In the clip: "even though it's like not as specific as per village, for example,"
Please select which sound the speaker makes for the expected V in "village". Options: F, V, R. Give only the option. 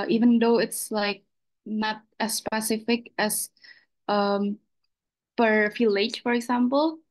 F